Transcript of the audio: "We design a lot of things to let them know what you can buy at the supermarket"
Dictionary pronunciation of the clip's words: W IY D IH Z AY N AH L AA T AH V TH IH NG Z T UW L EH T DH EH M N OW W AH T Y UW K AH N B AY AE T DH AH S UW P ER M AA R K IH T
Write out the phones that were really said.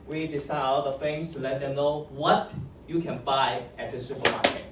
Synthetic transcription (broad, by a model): W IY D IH S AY AH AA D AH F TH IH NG S T UW L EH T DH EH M N OW W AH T Y UW K AH N B AY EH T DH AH S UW P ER M AA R K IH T